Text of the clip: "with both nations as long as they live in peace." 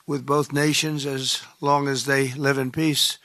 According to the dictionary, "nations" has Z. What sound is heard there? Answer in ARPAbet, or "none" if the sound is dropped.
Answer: Z